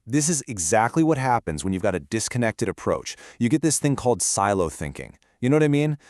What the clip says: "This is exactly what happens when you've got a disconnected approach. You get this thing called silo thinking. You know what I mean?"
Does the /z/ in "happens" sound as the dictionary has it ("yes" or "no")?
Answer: yes